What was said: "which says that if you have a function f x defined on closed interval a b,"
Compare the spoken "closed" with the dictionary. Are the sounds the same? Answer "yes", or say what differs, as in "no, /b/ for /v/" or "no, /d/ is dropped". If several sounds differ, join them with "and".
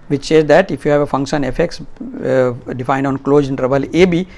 no, /d/ is dropped